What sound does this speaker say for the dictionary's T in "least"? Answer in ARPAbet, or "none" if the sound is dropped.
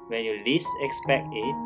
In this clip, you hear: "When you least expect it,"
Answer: none